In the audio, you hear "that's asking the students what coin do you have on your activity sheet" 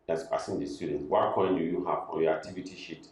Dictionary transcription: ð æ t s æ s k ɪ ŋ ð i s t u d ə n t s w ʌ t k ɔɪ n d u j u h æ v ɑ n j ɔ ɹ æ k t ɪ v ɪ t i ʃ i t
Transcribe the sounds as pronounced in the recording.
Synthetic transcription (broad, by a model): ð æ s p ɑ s ɪ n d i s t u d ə n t w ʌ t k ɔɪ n d u j u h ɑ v ɑ n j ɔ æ k t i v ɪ t i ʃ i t